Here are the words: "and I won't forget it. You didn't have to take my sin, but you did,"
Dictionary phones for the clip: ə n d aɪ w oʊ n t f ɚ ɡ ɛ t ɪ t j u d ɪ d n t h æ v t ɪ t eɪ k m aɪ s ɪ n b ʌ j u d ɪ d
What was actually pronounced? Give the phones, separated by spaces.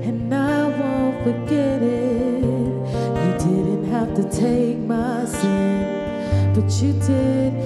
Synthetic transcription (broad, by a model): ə n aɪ w oʊ n t f ɚ ɡ ɛ t ɪ t j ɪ d ɪ d n t h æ f t ɪ t eɪ k m aɪ s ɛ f b ʌ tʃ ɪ d ɪ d